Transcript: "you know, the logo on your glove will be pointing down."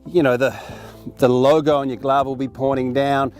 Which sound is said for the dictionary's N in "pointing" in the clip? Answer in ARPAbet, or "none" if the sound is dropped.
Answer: none